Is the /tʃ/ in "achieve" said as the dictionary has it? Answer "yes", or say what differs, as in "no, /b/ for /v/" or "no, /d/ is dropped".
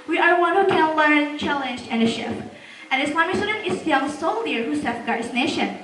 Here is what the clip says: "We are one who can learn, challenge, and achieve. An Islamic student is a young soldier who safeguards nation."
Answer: no, /ʃ/ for /tʃ/